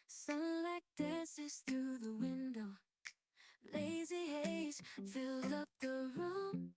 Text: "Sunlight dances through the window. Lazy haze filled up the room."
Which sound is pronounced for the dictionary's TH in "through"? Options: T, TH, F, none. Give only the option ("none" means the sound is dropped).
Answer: TH